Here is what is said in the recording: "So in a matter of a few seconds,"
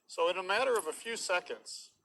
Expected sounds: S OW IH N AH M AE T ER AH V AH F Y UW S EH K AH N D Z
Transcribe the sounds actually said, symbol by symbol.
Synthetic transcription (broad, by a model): S OW IH N AH M AE T ER AH V AH F Y UW S EH K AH N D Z